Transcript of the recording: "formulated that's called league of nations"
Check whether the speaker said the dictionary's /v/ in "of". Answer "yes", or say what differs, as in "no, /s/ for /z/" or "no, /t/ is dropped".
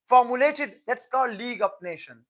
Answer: no, /p/ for /v/